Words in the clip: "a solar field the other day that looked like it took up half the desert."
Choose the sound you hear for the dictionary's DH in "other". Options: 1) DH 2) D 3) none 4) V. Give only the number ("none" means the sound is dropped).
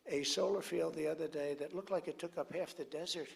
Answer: 1